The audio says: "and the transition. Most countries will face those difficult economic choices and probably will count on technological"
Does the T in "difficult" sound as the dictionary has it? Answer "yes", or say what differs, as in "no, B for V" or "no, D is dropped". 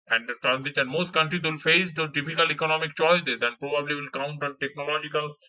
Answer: no, T is dropped